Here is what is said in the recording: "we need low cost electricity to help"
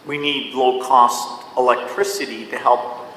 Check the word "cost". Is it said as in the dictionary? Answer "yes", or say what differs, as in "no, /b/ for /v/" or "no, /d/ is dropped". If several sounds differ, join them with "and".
yes